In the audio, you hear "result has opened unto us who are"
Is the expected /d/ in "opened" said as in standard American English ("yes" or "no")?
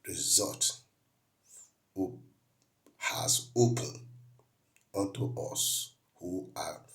no